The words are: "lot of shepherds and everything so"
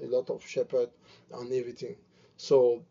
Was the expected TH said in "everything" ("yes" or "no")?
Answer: no